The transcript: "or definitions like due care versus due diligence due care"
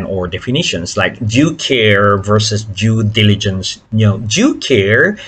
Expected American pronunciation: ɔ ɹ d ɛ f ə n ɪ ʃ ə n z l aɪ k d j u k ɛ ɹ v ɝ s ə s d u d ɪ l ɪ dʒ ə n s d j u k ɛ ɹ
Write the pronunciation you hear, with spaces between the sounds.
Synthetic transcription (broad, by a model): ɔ ɹ d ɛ f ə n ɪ ʃ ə n s l aɪ k d j u k ɛ ɹ v ɝ s ə s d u d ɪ l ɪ dʒ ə n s d j u k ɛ ɹ